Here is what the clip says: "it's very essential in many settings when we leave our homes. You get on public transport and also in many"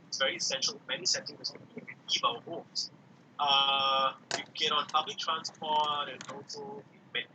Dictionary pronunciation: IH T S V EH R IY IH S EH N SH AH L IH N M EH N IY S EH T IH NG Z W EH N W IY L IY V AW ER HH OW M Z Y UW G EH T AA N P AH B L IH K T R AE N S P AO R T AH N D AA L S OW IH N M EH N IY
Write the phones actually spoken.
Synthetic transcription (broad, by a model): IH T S V EH R IY IH S EH N SH AH L M EH N IY S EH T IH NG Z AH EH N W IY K IY P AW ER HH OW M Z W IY G EH T AA N P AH B L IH K T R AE N S P AO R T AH N AA L S OW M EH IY